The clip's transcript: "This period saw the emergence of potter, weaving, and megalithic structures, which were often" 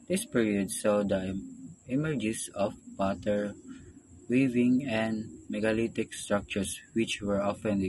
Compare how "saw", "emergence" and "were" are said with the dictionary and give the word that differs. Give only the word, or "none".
emergence